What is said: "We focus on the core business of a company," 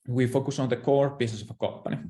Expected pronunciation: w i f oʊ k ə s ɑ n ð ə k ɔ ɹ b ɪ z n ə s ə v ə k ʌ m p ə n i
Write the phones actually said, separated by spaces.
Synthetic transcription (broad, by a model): w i f oʊ k ə s ɑ n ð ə k ɔ ɹ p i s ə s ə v ə k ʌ m p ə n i